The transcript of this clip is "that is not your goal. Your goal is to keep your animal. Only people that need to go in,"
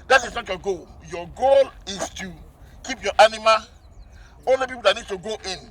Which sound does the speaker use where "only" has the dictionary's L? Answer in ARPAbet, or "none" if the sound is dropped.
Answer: L